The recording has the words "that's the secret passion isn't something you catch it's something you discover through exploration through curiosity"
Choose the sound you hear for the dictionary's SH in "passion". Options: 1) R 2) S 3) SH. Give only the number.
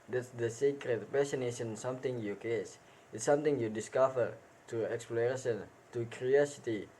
2